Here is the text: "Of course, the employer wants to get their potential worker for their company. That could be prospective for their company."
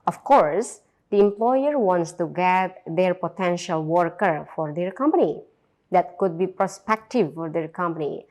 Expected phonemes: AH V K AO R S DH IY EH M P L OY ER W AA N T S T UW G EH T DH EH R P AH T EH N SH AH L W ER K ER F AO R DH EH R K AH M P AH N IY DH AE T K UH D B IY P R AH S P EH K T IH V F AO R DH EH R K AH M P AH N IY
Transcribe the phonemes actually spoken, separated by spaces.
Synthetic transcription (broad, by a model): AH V K AO R S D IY EH M P L OY ER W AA N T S T UW G EH T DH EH R P AH T EH N SH AH L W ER K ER F AO R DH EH R K AH M P AH N IY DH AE T K UH D B IY P R AH S P EH K T IH V F AO R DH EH R K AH M P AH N IY